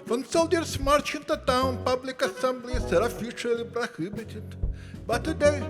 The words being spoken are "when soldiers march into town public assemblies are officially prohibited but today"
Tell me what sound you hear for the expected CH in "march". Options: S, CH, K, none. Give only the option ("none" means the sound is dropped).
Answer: CH